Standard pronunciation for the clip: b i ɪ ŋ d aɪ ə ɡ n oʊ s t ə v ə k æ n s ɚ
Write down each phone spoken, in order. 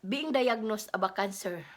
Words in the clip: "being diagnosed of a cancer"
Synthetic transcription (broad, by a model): b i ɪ ŋ d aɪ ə ɡ n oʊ s ə b ə k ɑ n s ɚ